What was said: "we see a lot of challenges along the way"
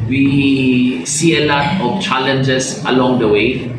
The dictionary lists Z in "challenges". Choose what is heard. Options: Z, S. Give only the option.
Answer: S